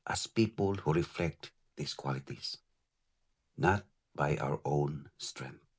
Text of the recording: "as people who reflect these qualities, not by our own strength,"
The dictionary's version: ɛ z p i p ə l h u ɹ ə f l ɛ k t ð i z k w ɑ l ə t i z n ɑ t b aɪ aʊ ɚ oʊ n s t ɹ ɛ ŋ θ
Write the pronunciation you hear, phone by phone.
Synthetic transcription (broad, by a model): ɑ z p i p ə l h u ɹ ə f l ɛ k t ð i s k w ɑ l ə t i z n ɑ t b aɪ aʊ ɚ oʊ n s t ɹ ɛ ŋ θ